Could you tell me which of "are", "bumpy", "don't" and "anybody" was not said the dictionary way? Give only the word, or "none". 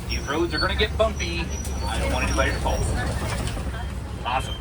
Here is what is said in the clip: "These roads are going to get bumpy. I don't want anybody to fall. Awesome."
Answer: anybody